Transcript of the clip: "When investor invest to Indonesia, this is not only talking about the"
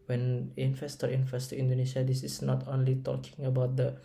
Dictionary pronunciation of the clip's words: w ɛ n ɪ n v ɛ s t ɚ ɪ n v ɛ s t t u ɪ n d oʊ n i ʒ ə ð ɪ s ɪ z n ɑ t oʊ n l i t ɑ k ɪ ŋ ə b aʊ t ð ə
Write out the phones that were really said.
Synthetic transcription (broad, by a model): w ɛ n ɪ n f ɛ s t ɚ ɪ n f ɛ s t t u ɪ n d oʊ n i ʃ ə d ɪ s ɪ s n ɑ t oʊ n l i t ɑ k ɪ ŋ ə b aʊ t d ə